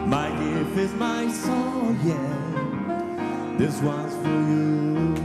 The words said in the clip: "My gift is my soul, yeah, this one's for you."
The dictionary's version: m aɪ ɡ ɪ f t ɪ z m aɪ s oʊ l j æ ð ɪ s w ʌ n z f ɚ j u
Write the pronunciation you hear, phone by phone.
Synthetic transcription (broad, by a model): m aɪ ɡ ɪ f ɪ z m aɪ s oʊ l j æ ð ɪ s w ʌ n z f ɚ j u